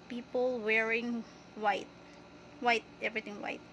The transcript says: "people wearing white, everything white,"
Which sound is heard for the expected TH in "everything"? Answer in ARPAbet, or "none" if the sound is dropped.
T